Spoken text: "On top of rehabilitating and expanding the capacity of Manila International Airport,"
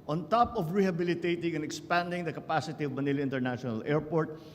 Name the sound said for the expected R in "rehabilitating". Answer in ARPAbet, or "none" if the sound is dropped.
R